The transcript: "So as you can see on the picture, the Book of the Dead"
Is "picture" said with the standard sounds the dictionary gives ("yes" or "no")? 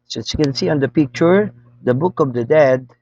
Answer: yes